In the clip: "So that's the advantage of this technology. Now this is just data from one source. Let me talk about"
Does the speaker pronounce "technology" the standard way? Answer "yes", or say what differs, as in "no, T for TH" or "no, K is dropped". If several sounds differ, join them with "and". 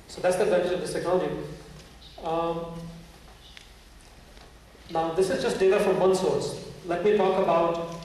no, N is dropped and JH is dropped